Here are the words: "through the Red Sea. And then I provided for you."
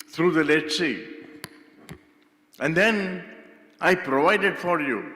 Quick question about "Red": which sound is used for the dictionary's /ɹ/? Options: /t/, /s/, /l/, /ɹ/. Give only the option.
/l/